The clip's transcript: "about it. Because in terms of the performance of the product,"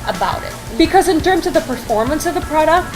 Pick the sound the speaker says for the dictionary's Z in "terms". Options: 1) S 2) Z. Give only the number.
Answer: 2